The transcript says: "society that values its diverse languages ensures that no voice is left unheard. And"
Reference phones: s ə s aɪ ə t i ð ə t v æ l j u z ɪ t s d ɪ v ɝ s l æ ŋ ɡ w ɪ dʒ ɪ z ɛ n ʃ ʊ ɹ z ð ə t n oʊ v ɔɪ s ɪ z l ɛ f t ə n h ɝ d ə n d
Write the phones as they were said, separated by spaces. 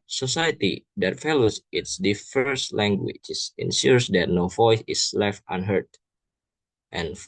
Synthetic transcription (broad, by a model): s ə s aɪ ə t i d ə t f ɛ l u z ɪ t s d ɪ f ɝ s l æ ŋ ɡ w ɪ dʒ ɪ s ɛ n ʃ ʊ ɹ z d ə t n oʊ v ɔɪ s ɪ s l ɛ f t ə n h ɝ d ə n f